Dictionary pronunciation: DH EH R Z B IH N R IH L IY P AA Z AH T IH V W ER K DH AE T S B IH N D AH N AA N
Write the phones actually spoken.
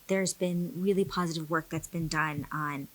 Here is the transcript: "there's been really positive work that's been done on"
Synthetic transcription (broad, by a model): DH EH R Z B IH N R IH L IY P AA Z AH T IH V W ER K DH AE T S B IH N D AH N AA N